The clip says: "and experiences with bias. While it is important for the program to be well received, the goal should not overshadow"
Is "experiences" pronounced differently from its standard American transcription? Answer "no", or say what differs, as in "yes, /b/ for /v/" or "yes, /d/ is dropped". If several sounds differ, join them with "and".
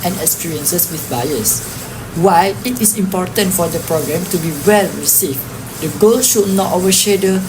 yes, /s/ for /z/